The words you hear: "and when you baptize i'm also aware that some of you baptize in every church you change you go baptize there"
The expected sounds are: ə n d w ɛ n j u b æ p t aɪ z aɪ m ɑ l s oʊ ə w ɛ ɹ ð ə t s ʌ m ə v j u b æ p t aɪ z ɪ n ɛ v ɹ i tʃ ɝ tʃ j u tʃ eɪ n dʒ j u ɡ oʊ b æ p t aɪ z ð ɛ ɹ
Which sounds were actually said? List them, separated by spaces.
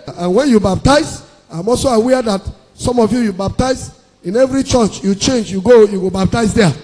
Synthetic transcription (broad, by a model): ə n w ɛ n j u b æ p t aɪ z aɪ m ɑ l s oʊ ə w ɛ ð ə t s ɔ m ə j j u b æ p t aɪ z ɪ n ɛ v ɹ i tʃ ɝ tʃ j u tʃ eɪ n dʒ j u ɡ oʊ b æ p t aɪ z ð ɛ